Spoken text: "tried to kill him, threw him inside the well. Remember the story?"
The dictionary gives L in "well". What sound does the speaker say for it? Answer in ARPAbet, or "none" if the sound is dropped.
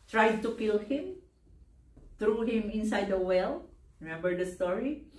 L